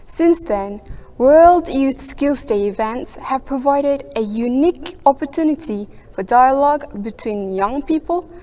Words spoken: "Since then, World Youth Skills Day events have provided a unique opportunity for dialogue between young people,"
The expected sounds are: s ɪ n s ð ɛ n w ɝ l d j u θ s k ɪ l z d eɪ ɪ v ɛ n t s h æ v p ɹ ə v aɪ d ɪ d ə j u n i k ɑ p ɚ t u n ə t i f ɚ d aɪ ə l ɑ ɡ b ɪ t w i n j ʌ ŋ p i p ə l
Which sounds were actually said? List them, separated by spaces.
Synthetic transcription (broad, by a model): s ɪ n s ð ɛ n w ɝ l d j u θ s k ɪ l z d eɪ ɪ v ɛ n t s h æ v p ɹ ə v aɪ d ɪ d ə j u n i k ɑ p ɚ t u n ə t i f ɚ d aɪ ə l ɑ ɡ b ɪ t w i n j ʌ ŋ p i p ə l